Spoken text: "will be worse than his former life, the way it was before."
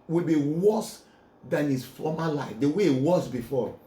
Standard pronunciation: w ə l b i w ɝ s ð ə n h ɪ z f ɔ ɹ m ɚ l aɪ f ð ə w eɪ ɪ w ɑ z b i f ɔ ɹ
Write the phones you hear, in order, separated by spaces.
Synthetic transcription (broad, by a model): w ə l b i w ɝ s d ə n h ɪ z f ɔ m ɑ l aɪ f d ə w eɪ w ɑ s b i f ɔ